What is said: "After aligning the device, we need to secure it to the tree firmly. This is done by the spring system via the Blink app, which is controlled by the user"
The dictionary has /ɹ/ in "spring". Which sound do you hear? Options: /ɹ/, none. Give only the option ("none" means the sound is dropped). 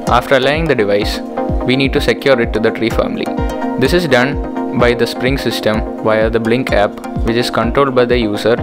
/ɹ/